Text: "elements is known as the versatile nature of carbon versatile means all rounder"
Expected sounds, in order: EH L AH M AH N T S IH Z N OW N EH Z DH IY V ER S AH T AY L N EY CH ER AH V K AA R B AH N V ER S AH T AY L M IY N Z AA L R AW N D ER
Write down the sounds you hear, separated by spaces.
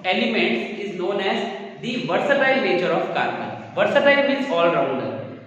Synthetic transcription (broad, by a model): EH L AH M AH N T S IH Z N OW N EH Z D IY V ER S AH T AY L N EY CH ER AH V K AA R AH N V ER S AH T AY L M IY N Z AA L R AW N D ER